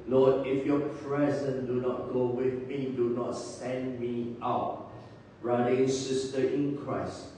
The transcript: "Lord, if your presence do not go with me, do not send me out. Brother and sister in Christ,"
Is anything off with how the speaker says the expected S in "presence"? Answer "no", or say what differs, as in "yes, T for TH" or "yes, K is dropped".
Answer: yes, S is dropped